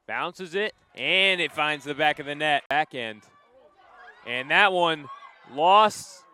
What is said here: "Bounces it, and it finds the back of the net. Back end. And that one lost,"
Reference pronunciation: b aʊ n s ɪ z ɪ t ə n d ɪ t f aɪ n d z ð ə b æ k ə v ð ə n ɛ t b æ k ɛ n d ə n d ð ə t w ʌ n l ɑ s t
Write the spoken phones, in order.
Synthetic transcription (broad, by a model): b aʊ n s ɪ z ɪ t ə n ɪ t f aɪ n d z ð ə b æ k ə v ð ə n ɛ t b æ k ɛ n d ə n ð ə t w ʌ n l ɑ s t